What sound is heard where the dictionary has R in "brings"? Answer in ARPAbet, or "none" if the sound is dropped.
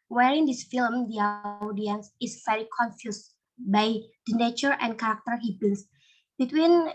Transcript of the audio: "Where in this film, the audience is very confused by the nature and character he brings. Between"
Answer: none